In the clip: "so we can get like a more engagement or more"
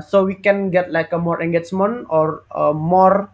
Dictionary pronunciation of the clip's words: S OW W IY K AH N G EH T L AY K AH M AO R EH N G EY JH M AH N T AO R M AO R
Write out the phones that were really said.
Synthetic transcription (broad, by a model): S OW W IY K AH N G EH T L AY K AH M AO R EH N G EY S M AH N AO R M AO R